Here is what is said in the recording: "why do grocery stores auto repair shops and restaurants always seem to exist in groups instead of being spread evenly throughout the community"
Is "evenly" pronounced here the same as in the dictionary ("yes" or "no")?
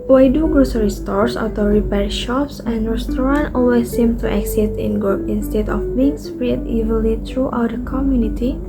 no